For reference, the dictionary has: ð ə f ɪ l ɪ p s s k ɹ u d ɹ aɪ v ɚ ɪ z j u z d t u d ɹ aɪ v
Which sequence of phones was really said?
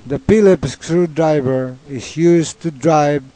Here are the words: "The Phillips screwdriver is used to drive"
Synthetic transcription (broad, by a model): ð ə p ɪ l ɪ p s s k ɹ u d ɹ aɪ v ɚ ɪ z j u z t u d ɹ aɪ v